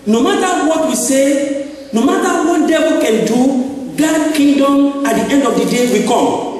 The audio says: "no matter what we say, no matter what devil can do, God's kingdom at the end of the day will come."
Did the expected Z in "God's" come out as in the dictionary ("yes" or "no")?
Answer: no